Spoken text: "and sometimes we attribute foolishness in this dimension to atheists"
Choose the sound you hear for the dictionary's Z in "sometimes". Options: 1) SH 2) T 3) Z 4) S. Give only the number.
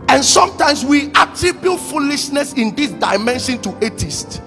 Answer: 4